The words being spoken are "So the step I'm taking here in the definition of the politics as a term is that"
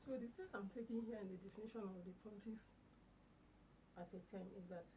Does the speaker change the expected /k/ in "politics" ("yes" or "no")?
yes